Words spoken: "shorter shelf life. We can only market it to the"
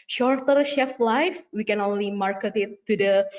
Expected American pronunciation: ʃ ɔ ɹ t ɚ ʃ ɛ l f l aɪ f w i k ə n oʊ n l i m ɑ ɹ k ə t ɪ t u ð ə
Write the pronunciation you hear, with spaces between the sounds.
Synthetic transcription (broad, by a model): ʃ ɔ ɹ t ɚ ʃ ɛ f l aɪ f w i k ə n oʊ n l i m ɑ ɹ k ə t ɪ t u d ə